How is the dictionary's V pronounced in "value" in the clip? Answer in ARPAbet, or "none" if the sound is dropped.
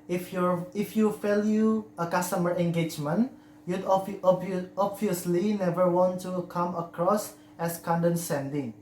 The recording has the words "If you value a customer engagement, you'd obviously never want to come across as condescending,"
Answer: F